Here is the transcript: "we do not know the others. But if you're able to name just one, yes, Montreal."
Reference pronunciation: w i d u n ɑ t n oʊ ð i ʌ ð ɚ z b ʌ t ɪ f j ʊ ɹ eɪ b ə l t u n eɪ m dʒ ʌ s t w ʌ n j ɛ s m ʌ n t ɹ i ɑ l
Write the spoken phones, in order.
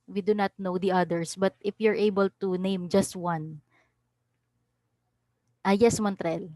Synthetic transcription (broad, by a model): w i d u n ɑ t n oʊ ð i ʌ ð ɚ s b ʌ t ɪ f j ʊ ɹ eɪ b ə l t u n eɪ m dʒ ʌ s t w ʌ n j ɛ s m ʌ n t ɹ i l